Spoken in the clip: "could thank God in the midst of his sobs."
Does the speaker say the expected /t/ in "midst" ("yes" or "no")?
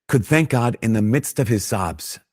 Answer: yes